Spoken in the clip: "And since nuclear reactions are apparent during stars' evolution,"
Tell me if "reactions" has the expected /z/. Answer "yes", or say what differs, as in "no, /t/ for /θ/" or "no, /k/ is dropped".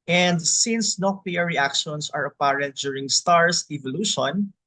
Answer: no, /s/ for /z/